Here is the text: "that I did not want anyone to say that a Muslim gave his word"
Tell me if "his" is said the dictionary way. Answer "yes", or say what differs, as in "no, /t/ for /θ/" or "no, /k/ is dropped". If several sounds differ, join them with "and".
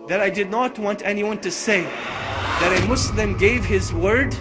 yes